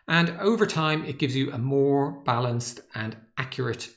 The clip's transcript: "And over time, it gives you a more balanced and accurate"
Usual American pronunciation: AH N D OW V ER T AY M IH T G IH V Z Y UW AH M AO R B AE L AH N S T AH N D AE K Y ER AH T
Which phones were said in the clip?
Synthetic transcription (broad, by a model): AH N OW V ER T AY M IH T G IH V Z Y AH AH M AO R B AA L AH N S T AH N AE K Y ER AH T